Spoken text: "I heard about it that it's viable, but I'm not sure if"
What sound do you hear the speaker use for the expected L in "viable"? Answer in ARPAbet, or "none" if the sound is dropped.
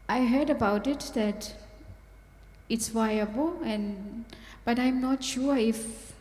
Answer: N